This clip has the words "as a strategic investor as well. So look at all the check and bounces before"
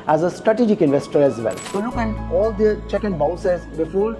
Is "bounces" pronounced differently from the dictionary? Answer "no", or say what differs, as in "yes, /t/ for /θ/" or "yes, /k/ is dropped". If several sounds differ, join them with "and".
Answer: yes, /n/ is dropped